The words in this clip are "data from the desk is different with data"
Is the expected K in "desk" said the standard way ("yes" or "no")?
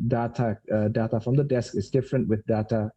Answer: yes